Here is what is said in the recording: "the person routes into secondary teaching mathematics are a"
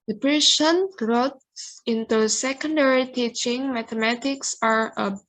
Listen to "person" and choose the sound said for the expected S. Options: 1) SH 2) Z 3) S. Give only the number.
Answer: 1